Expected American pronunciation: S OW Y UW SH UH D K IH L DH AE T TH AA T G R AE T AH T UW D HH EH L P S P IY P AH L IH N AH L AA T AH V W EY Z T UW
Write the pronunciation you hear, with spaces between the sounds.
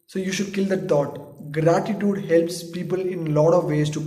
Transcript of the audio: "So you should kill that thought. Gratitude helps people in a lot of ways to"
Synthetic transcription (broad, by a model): S OW Y UW SH UH D K IH L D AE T T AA T G R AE T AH T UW D HH EH L P S P IY P AH L IH N L AA T AH V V EY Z T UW